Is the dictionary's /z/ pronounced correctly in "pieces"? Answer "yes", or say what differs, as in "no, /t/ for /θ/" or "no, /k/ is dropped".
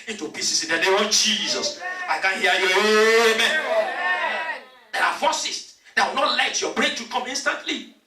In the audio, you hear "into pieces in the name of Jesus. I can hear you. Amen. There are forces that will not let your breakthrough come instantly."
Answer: no, /s/ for /z/